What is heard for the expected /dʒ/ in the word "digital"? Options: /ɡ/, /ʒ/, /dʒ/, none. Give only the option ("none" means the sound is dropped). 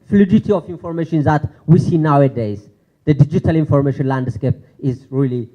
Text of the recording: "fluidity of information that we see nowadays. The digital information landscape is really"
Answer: /dʒ/